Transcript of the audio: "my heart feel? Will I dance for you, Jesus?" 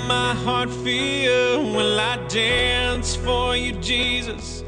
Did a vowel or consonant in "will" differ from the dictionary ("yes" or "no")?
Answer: yes